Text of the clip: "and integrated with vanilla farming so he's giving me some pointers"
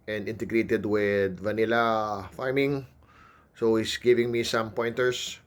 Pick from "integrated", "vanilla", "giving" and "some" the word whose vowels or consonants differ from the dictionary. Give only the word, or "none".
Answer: none